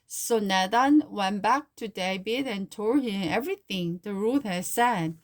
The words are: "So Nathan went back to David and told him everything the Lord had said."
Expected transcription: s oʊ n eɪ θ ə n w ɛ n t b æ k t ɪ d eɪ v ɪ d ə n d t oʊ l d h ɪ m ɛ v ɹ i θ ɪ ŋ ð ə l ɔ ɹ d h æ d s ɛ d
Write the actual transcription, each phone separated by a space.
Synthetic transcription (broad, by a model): s oʊ n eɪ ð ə n w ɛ n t b æ k t ɪ d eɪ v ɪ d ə n t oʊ d h ɪ m ɛ v ɹ i θ ɪ ŋ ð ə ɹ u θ h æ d s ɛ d